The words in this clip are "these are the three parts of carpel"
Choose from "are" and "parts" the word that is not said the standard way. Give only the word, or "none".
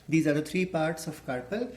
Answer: none